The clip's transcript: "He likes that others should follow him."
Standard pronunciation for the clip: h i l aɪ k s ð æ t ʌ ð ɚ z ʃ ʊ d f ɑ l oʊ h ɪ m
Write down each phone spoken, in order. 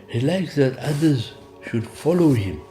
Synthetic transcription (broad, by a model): h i l aɪ k s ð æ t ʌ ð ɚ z ʃ ʊ d f ɑ l oʊ h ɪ m